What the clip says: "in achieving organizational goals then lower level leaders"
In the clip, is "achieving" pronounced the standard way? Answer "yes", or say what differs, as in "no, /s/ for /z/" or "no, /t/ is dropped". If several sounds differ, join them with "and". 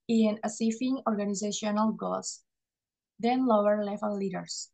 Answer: no, /s/ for /tʃ/ and /f/ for /v/